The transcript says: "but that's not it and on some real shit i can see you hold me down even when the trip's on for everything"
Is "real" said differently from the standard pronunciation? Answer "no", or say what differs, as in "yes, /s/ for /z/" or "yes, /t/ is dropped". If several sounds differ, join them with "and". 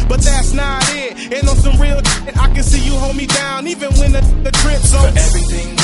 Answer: no